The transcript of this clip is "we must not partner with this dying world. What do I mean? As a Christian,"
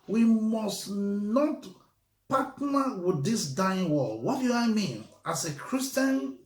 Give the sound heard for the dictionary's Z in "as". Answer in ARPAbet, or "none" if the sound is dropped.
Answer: S